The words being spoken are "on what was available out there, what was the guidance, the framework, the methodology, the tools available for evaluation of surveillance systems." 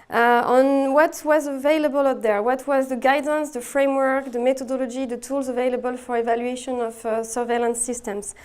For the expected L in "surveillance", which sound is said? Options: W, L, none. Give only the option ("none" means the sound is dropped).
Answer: L